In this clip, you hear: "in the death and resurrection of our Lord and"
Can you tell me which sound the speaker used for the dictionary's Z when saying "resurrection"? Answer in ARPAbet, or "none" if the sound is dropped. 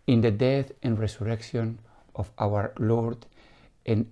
S